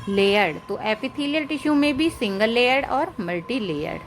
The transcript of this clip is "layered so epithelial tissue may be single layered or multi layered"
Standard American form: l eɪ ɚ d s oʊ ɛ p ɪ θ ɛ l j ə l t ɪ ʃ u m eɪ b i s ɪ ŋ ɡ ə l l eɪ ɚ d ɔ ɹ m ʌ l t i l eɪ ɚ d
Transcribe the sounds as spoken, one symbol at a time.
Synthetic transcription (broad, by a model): l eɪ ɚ d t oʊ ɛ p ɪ t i l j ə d t ɪ ʃ u m eɪ b i s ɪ ŋ ɡ ə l l eɪ ɚ d ɔ ɹ m ʌ l t i l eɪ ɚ d